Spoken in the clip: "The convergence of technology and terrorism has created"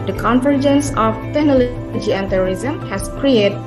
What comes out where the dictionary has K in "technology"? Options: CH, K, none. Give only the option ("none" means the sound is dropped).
none